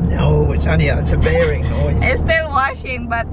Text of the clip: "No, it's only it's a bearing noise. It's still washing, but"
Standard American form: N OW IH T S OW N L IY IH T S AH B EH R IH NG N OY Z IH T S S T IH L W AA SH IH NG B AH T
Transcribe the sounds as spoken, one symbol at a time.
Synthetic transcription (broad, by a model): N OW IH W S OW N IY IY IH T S AH B EH R IH NG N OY IH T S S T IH L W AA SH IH NG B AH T